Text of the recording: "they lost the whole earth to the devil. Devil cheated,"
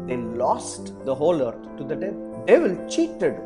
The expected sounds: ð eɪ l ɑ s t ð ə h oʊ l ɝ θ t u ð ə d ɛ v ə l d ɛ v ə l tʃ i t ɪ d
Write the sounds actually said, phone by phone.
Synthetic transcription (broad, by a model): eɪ l ɑ s t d ə h oʊ l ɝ t t u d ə d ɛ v d ɛ v ə l tʃ i t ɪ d